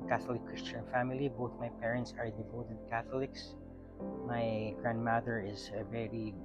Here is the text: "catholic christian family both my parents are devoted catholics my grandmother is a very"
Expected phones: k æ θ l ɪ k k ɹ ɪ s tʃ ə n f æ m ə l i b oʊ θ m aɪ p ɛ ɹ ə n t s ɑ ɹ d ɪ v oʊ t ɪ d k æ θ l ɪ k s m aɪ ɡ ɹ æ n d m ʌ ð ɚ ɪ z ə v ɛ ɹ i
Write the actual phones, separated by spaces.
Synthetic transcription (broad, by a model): k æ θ l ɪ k k ɹ ɪ s tʃ ə n f æ m ə l i b oʊ θ m aɪ p ɛ ɹ ə n t s ɑ ɹ d ɪ v oʊ t ɪ d k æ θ l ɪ k s m aɪ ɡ ɹ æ n d m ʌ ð ɚ ɪ z ə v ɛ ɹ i